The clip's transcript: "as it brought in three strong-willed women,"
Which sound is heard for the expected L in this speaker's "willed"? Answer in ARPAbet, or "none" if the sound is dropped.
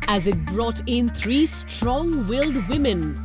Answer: L